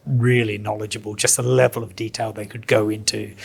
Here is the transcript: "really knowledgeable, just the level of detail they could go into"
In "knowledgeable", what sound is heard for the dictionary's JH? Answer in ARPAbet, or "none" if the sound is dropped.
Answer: JH